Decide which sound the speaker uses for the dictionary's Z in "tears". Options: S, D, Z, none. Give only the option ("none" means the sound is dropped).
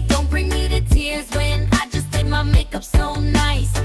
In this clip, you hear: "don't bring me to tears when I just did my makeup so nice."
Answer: Z